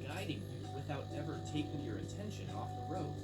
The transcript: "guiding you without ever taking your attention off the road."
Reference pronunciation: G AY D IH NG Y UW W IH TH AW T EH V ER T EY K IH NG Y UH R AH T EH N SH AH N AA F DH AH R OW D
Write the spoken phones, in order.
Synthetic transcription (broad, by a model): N AY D IH NG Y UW W IH TH AW T EH V ER T EY K IH NG Y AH R AH T EH N SH AH N AA F DH AH R OW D